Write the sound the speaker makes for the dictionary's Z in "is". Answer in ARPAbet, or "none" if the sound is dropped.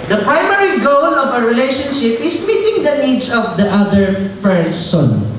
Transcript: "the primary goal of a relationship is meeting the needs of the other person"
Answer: S